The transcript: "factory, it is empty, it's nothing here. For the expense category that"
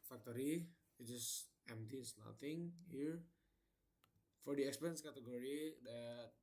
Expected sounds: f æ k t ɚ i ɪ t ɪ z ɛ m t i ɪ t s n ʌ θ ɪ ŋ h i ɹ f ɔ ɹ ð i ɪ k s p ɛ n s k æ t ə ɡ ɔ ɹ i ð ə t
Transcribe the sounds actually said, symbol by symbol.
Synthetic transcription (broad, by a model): f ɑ k t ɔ i ɪ t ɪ s ɛ m t i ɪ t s n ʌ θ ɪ ŋ h i ɹ f ɔ ɹ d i ɪ k s p ɛ n s k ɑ t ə ɡ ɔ ɹ i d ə t